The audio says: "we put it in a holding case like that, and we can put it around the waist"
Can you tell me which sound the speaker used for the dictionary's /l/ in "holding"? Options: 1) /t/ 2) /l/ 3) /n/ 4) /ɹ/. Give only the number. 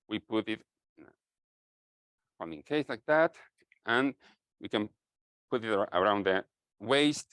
3